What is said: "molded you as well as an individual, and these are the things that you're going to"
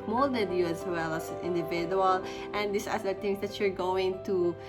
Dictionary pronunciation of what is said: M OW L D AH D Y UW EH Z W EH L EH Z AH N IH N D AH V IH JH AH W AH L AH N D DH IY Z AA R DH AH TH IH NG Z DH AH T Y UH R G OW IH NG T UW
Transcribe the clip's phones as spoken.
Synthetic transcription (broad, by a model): M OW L D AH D Y UW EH S W EH L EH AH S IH N D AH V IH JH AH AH L AH N D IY S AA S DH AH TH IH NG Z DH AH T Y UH R G OW IH NG T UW